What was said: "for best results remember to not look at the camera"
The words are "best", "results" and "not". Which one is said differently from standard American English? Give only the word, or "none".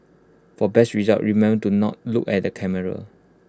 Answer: results